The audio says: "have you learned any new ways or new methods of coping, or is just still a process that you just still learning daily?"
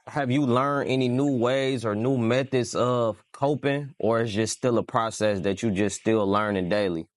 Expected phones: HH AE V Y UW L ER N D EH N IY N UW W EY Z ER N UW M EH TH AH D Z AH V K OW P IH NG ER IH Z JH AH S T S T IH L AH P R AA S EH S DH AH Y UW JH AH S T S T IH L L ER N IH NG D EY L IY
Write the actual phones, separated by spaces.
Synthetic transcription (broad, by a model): HH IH V Y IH L ER N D EH N IY N UW W EY Z ER N UW M EH TH AH D Z AH V K OW P IH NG ER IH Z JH AH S S T IH L AH P R AA S EH S DH AH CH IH JH AH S S T IH L L ER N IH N D EY L IY